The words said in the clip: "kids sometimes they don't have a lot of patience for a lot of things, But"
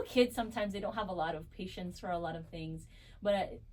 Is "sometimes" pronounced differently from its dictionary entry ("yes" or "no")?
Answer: no